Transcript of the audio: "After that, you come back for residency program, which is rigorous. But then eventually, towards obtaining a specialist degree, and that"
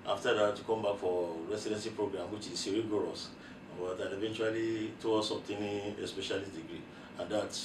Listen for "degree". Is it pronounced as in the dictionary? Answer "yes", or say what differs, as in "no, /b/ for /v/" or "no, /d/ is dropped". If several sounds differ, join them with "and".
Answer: yes